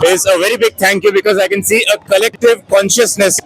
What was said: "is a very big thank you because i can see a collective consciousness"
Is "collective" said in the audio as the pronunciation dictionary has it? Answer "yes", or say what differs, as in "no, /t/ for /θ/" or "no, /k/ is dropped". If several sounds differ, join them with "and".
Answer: yes